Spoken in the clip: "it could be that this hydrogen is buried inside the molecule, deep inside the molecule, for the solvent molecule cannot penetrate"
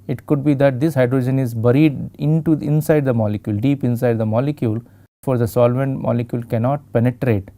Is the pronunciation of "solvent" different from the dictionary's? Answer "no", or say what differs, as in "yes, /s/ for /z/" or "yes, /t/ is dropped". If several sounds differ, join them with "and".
no